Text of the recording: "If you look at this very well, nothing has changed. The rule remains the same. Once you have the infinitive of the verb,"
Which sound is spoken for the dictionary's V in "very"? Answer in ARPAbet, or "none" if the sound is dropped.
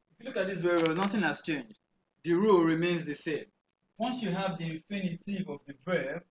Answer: W